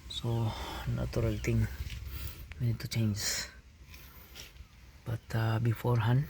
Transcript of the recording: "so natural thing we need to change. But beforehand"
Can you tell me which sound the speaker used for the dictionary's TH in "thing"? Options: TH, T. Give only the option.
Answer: T